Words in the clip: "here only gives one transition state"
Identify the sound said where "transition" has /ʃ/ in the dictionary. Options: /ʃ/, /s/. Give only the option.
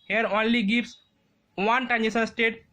/s/